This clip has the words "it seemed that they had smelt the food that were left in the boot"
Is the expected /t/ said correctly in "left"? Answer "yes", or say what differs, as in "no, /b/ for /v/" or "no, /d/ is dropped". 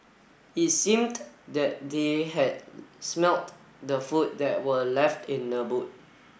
yes